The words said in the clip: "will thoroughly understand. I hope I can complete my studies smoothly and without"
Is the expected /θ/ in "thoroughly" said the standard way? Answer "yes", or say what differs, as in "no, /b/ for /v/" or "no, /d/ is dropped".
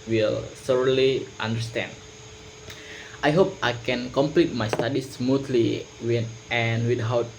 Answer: no, /s/ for /θ/